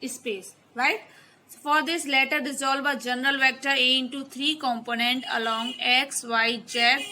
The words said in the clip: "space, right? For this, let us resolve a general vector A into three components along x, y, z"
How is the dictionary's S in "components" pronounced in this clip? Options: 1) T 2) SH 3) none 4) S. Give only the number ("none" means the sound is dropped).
3